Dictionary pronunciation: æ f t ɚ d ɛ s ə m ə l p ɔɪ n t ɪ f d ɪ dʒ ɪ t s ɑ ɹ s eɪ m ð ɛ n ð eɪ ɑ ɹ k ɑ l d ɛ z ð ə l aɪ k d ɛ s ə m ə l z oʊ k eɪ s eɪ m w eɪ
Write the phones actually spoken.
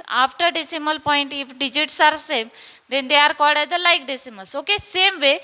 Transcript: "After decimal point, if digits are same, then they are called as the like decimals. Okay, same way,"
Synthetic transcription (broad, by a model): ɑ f t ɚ d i s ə m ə l p ɔɪ n t ɪ f d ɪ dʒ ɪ t s ɑ ɹ s eɪ m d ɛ n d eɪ ɑ ɹ k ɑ d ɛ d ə l aɪ k d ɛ s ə m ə l s oʊ k eɪ s eɪ m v eɪ